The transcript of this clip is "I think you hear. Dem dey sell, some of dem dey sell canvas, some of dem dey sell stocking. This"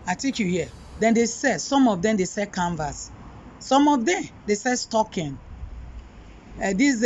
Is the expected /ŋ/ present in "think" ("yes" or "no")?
no